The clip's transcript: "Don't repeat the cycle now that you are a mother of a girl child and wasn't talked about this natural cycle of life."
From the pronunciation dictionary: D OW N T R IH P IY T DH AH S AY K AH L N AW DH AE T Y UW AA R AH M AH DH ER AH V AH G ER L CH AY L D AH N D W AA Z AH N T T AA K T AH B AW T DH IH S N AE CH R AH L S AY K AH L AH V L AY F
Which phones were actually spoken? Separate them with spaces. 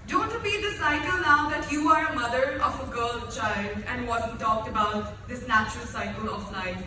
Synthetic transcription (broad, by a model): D OW N T R IH P IY T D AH S AY K AH L N AW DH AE T Y UW AA R AH M AH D ER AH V AH G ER L CH AY L D AH N D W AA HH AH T T AA K T AH B AW T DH IH S N AE CH R AH L S AY K AH L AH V L AY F